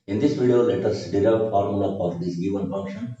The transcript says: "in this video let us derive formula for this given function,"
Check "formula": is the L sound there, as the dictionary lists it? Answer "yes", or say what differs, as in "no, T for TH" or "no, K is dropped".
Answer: no, L is dropped